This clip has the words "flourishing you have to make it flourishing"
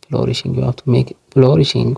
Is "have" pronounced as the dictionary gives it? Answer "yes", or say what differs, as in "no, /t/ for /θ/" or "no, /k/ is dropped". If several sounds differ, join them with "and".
no, /f/ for /v/